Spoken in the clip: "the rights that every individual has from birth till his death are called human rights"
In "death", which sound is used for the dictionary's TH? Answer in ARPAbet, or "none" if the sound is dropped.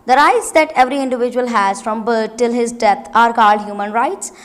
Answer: T